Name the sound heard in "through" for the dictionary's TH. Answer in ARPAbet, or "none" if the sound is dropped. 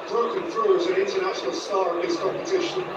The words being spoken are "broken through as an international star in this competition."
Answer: F